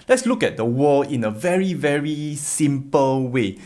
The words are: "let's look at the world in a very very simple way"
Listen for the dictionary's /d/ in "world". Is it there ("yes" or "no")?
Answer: no